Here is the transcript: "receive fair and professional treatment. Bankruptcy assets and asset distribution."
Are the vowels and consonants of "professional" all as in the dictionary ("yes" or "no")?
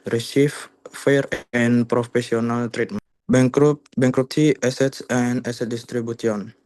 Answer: no